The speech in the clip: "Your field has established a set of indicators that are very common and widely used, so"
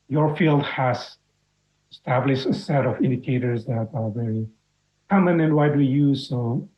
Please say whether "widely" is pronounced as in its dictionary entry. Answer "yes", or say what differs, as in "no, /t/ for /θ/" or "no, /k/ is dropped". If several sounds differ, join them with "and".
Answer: no, /w/ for /l/